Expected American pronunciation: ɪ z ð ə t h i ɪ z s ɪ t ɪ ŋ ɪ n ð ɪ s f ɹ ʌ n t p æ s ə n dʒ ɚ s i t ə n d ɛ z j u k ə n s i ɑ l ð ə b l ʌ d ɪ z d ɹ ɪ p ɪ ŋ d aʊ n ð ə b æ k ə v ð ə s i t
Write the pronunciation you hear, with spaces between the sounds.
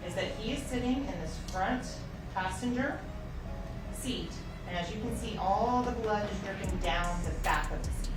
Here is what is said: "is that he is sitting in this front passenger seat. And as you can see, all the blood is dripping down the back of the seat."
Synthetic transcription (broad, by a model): ɪ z ð ə t h i ɪ z s ɪ t ɪ ŋ ɪ n ð ɪ s f ɹ ʌ n t p æ s ə n dʒ ɚ s i t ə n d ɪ z j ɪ k ə n s i ɑ l ð ə b l ʌ d ɪ z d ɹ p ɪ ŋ d aʊ n ð ə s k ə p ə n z